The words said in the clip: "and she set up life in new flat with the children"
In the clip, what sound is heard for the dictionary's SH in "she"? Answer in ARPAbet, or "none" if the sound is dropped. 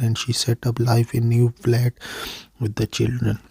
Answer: SH